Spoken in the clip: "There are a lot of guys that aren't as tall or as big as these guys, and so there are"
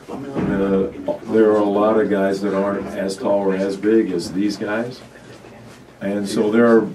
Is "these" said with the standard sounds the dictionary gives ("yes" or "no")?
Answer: yes